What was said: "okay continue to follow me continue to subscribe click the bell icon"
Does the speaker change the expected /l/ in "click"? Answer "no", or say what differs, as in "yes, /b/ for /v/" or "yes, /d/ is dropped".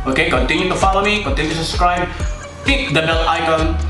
yes, /l/ is dropped